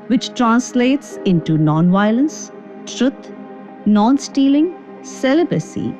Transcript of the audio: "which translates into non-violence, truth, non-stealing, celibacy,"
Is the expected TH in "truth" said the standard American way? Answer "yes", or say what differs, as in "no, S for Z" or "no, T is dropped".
no, T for TH